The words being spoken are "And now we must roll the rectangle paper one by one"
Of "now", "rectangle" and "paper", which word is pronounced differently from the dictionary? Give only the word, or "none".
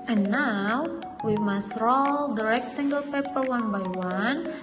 none